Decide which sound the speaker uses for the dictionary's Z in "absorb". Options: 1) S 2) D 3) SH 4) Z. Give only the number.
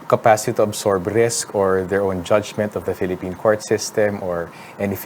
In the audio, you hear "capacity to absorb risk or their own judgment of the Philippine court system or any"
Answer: 1